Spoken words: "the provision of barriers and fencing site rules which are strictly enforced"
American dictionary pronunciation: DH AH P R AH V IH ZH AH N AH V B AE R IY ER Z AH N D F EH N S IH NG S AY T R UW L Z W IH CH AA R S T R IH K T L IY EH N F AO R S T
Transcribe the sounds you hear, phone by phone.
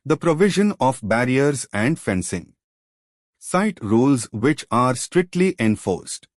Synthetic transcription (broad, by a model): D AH P R AH V IH ZH AH N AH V B AE R IY ER Z AH N D F EH N S IH NG S AY T R UW L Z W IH CH AA R S T R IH K T L IY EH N F AO R S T